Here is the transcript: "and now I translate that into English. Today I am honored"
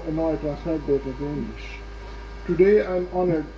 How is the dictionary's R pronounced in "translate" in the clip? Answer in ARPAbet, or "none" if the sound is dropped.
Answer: none